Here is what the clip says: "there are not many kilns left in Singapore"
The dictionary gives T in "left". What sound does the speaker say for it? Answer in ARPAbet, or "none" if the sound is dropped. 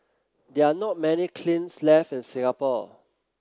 none